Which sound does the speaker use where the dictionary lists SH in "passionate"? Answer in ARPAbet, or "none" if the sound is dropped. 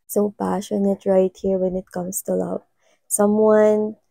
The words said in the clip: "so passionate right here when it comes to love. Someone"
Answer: SH